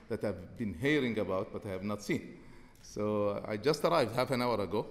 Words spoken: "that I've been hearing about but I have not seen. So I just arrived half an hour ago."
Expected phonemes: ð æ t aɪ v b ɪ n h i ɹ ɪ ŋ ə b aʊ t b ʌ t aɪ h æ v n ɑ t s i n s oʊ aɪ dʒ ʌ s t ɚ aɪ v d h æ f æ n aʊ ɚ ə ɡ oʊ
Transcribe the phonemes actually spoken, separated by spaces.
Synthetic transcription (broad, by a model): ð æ t aɪ v b ɪ n h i ɹ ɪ ŋ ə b aʊ t b ʌ t aɪ h æ v n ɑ t s i n s oʊ aɪ dʒ ʌ s t ɚ aɪ v d h æ f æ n aʊ ɚ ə ɡ oʊ